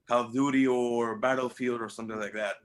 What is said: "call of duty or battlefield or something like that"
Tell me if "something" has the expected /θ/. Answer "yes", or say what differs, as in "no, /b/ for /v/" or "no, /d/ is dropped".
yes